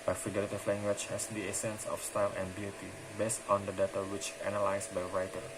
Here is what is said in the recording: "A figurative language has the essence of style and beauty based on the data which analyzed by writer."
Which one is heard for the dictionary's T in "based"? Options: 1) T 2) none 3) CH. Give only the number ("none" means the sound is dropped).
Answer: 1